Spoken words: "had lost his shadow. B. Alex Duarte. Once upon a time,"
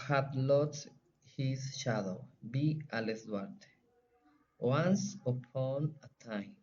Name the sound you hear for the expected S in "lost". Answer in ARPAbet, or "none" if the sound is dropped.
none